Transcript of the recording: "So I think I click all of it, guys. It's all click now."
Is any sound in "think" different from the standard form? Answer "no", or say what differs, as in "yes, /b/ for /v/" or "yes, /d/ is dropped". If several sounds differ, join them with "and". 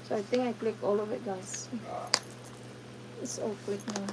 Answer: yes, /t/ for /θ/